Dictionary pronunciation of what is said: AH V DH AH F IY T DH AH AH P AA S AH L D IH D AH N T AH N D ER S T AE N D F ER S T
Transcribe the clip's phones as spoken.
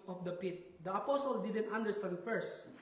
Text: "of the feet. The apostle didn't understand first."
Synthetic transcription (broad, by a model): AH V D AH P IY T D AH AH P AA S AH L D IH D AH N T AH N D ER S T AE N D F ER S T